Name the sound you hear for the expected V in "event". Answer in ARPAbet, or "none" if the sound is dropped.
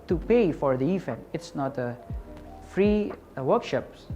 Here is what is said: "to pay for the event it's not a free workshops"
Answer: F